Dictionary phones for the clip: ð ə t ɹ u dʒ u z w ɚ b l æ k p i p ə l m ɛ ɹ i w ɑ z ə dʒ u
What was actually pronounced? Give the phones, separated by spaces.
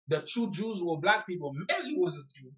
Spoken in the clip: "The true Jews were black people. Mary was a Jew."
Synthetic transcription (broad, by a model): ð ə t u dʒ u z w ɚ b l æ k p i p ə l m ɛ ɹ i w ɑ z ə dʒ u